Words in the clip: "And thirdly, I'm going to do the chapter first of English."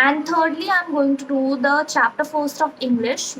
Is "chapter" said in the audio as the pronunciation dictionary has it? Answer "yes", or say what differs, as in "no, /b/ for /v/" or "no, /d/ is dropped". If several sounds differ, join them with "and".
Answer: yes